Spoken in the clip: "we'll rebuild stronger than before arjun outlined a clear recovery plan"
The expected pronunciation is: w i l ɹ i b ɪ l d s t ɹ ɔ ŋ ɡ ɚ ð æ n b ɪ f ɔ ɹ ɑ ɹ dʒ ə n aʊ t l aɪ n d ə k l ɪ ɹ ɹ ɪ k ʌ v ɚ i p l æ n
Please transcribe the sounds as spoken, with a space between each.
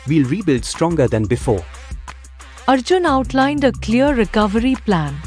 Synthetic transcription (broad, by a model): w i l ɹ i b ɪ l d s t ɹ ɔ ŋ ɡ ɚ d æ n b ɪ f ɔ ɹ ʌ ɹ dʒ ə n aʊ t l aɪ n d ə k l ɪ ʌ ɹ ɪ k ʌ v ɚ i p l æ n